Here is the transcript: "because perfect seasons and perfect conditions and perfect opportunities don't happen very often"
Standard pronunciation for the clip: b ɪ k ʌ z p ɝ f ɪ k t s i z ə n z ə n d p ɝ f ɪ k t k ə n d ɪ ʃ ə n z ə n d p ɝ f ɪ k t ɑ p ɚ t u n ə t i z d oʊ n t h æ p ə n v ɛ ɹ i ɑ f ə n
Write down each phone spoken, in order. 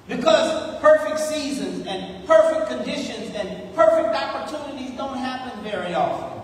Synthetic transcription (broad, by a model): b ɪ k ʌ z p ɝ f ɪ k t s i z ə n z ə n p ɝ f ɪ k k ə n d ɪ ʃ ə n z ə n p ɝ f ɪ k t ɑ p ɚ t u n ə t i z d oʊ n t h æ p ə n v ɛ ɹ i ɑ f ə n